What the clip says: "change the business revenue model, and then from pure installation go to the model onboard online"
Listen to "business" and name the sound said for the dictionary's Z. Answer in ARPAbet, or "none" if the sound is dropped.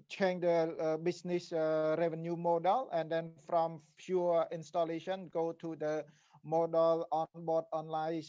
S